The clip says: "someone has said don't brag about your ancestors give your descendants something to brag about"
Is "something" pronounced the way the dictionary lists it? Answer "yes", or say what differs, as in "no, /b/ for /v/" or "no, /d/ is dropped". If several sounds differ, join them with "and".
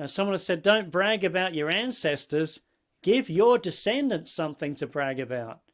yes